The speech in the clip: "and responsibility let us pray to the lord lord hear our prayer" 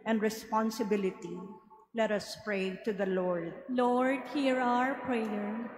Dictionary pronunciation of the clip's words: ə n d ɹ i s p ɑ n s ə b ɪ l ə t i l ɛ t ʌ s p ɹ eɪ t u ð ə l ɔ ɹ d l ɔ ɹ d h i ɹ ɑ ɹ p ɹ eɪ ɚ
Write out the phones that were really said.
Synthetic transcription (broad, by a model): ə n d ɹ i s p ɑ n s ə b ɪ l ə t i l ɛ t ʌ s p ɹ eɪ t u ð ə l ɔ ɹ d l ɔ ɹ d h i ɹ ɑ ɹ p ɹ eɪ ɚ